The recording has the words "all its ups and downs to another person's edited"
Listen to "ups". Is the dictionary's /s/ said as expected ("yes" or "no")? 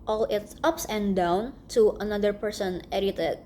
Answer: yes